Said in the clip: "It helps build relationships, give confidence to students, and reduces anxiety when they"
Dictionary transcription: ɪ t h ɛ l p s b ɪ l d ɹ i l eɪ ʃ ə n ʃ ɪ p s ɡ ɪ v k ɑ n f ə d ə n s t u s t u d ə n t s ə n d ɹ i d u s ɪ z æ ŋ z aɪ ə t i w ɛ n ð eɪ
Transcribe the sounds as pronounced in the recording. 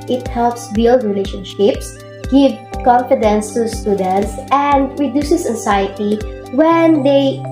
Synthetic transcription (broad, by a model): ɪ t h ɛ l p s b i l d ɹ i l eɪ ʃ ə n ʃ ɪ p s ɡ ɪ v k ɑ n f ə d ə n s t u s t u d ə n t s ə n d ɹ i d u s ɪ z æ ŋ s aɪ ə t i w ɛ n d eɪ